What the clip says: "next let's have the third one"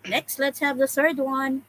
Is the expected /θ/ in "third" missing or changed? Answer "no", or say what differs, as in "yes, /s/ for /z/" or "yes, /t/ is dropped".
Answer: no